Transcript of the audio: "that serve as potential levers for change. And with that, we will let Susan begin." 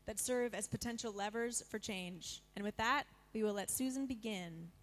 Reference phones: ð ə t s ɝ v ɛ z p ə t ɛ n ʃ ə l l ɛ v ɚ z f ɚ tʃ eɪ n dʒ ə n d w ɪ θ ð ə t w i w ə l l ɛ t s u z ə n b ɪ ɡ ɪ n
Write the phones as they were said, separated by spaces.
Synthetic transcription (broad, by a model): ð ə t s ɝ v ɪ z p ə t ɛ n ʃ l l ɛ v ɚ z f ɚ tʃ eɪ n dʒ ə n w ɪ ð ə t w i w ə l l ɛ t s u z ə n b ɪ ɡ ɪ n